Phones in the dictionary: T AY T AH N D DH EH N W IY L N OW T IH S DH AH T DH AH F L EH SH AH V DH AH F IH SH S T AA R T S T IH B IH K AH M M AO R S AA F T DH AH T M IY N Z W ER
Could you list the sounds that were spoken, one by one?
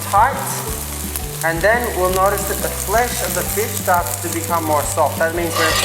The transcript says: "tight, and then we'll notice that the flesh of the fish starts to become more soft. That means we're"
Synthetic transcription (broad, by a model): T AY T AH N DH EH N W IY L N OW T IH S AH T DH AH F L EH SH AH V DH AH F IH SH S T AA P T T IH B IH K AH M M AO R S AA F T DH AH T M IY N Z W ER